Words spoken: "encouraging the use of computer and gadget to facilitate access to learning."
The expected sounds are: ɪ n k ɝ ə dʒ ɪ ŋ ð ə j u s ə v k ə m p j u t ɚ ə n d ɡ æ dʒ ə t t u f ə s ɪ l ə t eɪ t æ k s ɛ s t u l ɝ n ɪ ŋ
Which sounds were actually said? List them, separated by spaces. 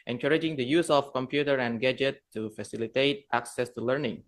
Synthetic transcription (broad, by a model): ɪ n k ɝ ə dʒ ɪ ŋ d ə j u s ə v k ə m p j u t ɚ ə n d ɡ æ dʒ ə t t u f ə s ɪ l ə t eɪ t æ k s ɛ s t u l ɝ n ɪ ŋ